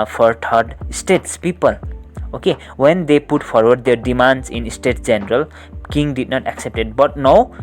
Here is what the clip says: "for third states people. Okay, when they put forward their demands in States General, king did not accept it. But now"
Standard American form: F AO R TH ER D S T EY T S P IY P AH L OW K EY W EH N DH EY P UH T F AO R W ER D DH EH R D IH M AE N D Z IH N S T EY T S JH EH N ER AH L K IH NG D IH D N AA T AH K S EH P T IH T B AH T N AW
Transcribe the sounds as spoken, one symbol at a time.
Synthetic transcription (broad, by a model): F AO R T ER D S T EY T S P IY P AH L OW K EY W EH N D EY P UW T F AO R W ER D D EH R D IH M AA N D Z IH N S T EY T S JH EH N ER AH L K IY NG D IH D N AA T AH K S EH P T IH T B AH T N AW